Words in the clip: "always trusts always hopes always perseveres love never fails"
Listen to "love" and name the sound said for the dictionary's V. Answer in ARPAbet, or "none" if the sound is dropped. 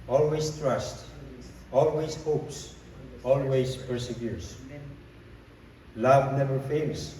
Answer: V